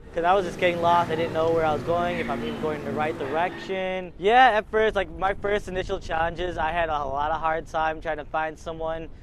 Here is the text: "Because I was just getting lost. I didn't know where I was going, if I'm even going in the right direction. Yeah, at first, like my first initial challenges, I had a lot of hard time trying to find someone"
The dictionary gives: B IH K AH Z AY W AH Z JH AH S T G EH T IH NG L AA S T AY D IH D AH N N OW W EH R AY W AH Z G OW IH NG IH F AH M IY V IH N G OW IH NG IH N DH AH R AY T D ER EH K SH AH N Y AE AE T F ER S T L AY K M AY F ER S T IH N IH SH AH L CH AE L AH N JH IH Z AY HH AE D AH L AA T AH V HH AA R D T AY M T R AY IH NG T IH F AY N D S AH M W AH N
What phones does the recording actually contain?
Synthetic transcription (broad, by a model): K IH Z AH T W AH Z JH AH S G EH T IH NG L AA S T AY D IH D N N OW W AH R AY W AH Z G OW IH NG IH F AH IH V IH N G OW IH NG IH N DH AH R AY T D ER EH K SH AH N Y AE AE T F ER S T L AY K M AY F ER S T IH N IH SH L CH AE L AH N JH IH Z AY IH D AH L AA T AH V HH AA R D T AY M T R AY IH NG T IH F AY N D S AH M W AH N